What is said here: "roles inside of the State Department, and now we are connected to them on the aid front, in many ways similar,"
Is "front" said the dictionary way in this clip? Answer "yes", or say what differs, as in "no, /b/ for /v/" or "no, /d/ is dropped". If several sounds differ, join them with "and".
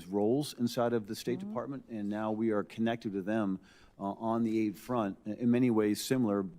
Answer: yes